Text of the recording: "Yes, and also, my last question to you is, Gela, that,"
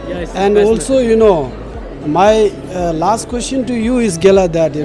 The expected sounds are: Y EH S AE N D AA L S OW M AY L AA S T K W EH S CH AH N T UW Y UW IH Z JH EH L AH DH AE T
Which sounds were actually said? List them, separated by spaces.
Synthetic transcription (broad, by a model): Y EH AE N D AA L S OW M AY L AA S T K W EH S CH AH N T UW Y UW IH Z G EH L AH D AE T